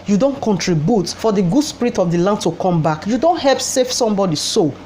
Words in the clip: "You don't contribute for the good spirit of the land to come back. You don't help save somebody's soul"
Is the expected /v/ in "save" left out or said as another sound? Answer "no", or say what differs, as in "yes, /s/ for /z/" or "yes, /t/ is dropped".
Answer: yes, /f/ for /v/